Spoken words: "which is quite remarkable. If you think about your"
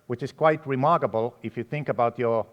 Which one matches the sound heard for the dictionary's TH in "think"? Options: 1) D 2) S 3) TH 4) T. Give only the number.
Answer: 3